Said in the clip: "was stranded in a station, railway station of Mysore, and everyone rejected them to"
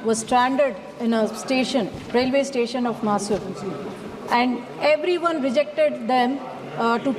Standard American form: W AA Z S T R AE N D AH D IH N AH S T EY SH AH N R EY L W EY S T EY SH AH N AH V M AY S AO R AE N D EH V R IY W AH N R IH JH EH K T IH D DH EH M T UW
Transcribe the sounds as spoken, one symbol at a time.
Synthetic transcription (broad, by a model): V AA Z S T R AE N D AH D IH N AH S T EY SH AH N R EY L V EY S T EY SH AH N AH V M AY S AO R AE N D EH V R IY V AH N R IH JH EH K T IH D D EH M T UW